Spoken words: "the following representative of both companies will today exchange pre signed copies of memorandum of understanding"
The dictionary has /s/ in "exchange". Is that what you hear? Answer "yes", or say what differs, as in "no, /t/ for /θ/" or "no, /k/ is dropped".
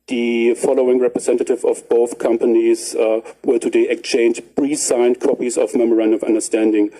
no, /s/ is dropped